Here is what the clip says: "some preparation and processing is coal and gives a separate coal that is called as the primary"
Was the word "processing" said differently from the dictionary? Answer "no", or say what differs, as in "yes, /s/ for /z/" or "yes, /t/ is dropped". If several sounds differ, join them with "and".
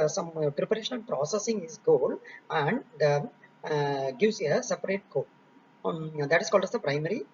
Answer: no